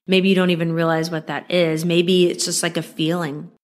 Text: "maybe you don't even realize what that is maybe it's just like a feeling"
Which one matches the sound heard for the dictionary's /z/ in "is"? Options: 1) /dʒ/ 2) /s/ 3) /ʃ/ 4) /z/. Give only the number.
4